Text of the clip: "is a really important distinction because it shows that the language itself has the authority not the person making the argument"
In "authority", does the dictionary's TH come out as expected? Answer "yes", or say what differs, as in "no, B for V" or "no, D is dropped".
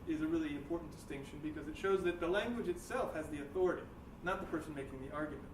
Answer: yes